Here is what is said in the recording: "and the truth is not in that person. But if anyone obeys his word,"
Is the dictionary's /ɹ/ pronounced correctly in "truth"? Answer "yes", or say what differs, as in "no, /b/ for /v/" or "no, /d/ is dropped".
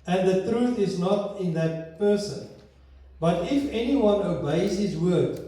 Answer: yes